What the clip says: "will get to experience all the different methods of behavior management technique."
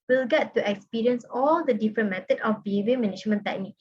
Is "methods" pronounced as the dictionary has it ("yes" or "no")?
no